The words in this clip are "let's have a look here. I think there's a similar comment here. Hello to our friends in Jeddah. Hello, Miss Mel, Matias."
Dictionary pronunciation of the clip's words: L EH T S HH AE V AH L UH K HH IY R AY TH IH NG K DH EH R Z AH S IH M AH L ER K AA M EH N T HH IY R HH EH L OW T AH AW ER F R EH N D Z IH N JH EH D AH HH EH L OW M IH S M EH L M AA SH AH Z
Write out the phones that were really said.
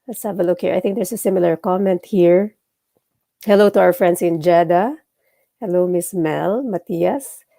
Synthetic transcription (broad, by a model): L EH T S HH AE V AH L UH K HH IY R AY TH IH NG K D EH R S AH S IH M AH L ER K AA M EH N T HH IY R HH EH L OW T AH AW ER F R EH N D S IH N JH EH D AH HH EH L OW M IH S M EH L M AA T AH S